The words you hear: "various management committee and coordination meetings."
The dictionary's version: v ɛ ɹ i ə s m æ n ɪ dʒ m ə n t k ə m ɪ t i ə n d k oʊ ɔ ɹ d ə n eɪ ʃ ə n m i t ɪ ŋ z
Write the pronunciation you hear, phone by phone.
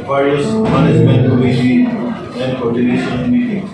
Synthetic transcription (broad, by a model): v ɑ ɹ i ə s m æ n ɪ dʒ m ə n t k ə i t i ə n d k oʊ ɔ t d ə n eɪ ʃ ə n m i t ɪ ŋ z